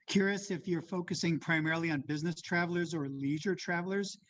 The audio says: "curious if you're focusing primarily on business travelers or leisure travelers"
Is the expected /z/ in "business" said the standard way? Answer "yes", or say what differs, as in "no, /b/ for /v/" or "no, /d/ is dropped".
yes